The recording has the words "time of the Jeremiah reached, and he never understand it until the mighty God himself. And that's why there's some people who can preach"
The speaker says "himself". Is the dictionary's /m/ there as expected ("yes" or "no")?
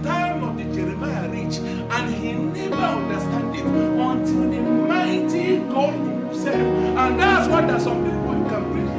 no